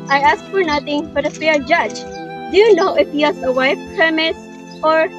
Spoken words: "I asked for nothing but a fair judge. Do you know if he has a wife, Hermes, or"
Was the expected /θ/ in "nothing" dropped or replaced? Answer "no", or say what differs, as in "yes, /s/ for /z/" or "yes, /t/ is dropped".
yes, /t/ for /θ/